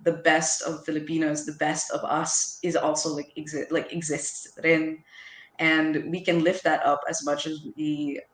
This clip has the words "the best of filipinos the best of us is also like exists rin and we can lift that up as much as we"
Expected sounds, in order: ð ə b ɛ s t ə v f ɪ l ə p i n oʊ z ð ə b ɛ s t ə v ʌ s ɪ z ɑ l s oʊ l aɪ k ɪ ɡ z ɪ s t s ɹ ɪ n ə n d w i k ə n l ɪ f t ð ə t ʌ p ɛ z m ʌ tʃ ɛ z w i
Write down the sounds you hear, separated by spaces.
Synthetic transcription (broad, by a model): ð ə b ɛ s t ə v f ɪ l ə p i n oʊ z ð ə b ɛ s t ə v ʌ s ɪ z ɑ l s oʊ l aɪ k ɪ ɡ z ɪ s t s ɹ ɪ n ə n w i k ə n l ɪ f t ð ə t ʌ p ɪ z m ʌ tʃ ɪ z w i